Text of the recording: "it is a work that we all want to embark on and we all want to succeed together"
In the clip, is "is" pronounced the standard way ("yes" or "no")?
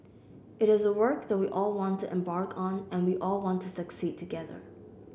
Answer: yes